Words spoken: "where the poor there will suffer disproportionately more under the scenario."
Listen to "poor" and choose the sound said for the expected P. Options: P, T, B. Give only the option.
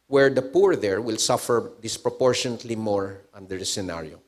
P